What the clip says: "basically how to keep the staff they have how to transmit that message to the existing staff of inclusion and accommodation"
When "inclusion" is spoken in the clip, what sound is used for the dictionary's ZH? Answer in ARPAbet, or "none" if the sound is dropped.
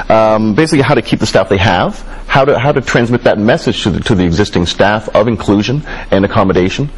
ZH